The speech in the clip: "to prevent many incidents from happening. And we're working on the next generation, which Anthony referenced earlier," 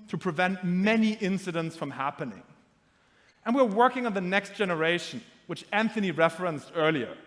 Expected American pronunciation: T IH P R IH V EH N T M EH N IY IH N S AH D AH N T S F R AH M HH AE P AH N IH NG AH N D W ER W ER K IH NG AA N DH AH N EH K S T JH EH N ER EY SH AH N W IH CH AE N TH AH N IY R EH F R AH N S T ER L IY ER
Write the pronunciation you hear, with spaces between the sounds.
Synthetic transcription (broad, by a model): T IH P R IH V EH N T M EH N IY IH N S AH D AH N T S F R AH M HH AE P AH N IH NG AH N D W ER W ER K IH NG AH N DH AH N EH K S T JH EH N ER EY SH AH N W IH CH AE N TH AH N IY R EH F R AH N S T ER L IY ER